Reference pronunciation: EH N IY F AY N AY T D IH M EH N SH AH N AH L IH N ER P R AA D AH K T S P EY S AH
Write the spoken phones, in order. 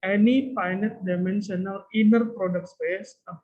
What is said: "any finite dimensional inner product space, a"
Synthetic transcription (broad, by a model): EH N IY P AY N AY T D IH M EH N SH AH N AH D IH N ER P R AA D AH K T S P EY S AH